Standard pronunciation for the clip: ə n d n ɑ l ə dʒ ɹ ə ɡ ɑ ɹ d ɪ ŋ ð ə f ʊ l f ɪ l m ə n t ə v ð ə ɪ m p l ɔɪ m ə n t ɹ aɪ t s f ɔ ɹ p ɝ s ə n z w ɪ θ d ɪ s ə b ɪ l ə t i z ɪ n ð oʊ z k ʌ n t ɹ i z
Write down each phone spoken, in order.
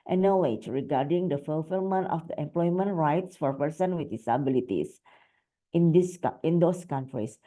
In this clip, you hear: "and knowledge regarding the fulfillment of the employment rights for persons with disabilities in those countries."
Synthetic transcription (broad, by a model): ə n n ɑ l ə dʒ ɹ ə ɡ ɑ ɹ d ɪ ŋ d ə f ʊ l f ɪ l m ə n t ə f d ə ɪ m p l ɔɪ m ə n t ɹ aɪ t s f ɔ ɹ p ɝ s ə n w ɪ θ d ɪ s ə b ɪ l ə t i s ɪ n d oʊ s k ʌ n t ɹ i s